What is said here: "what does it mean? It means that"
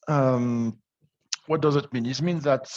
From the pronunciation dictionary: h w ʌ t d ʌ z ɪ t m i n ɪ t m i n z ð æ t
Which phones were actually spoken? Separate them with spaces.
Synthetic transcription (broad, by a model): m w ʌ t d ʌ z ɪ t m i n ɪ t m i n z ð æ t